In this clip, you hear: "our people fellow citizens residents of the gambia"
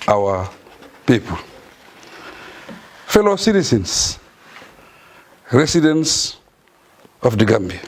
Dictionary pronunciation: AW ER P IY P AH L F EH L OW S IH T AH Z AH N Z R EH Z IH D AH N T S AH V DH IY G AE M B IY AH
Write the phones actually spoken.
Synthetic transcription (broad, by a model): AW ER P IY P AH L F EH L OW S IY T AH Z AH N S R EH S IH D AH N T S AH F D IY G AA M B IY